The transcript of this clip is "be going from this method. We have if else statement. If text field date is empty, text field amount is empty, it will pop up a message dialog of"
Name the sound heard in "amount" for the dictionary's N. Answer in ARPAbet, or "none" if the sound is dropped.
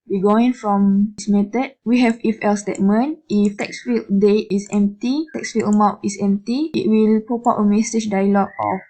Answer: none